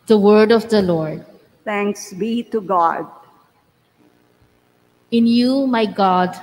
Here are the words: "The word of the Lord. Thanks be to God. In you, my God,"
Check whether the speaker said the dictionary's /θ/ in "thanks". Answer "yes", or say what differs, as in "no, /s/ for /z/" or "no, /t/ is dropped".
no, /t/ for /θ/